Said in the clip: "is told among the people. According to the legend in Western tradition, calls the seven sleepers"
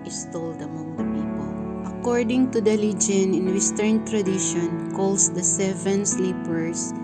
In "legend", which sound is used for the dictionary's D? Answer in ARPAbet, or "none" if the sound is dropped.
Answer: none